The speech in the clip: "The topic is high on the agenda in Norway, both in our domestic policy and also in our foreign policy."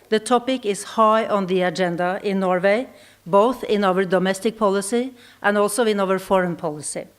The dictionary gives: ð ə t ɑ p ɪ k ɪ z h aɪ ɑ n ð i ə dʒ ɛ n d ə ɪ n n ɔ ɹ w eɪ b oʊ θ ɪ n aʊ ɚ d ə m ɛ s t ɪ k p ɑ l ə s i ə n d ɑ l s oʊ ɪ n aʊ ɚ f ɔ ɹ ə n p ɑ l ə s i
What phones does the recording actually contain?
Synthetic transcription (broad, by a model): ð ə t ɑ p ɪ k ɪ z h aɪ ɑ n ð i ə dʒ ɛ n d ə ɪ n n ɔ ɹ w eɪ b oʊ θ ɪ n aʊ ɚ d ə m ɛ s t ɪ k p ɑ l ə s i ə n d ɑ l s oʊ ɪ n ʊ ɚ f ɔ ɹ ə n p ɑ l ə s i